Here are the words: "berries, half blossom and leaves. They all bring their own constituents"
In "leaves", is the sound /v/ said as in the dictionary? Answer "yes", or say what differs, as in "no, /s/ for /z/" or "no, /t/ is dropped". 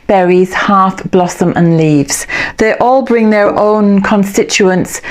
yes